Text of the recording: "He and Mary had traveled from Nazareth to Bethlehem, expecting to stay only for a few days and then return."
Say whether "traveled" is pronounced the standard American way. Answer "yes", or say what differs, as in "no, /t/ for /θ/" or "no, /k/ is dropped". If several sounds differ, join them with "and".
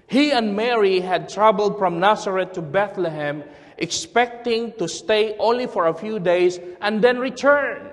no, /b/ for /v/